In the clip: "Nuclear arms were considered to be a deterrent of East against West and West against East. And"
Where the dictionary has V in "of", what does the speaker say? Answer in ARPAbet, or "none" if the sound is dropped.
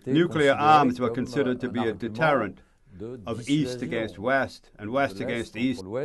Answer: V